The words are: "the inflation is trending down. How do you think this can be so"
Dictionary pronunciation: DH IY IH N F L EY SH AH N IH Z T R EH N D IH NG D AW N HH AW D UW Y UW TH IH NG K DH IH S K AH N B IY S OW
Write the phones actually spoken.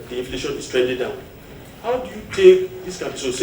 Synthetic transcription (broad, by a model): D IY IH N F L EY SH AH N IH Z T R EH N D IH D D AW N HH AW D UW Y UW T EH K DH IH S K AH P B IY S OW